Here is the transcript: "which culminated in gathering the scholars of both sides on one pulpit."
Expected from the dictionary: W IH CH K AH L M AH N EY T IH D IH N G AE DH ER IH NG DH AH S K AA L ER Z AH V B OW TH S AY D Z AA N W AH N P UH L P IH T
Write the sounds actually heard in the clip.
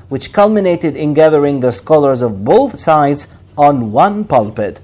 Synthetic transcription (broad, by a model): W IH CH K AH L M AH N EY T IH D IH N G AE DH ER IH NG DH AH S K AA L ER Z AH V B OW TH S AY D Z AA N W AH N P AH L P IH T